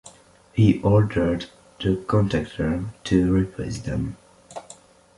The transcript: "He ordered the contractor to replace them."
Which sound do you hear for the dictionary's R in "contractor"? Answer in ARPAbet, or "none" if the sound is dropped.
none